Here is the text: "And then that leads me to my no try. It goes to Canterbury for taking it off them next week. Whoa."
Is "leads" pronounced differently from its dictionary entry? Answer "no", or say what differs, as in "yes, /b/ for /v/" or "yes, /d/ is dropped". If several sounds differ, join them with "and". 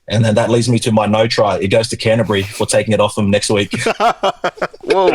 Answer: no